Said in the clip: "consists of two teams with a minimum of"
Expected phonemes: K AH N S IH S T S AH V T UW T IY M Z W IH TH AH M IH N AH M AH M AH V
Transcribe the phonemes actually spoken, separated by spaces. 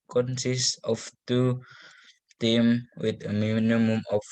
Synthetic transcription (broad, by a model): K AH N S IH S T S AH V T UW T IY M W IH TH AH M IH N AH M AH M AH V